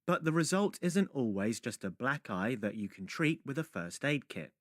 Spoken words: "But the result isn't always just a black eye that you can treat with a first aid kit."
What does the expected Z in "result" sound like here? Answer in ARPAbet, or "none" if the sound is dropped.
Z